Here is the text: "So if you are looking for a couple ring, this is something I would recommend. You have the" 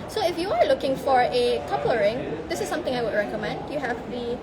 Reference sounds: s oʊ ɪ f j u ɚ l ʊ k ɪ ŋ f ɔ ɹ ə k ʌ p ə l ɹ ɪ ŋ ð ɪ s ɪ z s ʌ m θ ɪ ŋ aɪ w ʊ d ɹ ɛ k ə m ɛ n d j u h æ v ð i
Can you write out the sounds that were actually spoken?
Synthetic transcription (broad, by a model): s oʊ ɪ f j u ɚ l ʊ k ɪ ŋ f ɔ ɹ ə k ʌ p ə ɹ ɪ ŋ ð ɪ s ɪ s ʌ m t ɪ ŋ aɪ w ʊ d ɹ ɛ k ə m ɛ n d j u h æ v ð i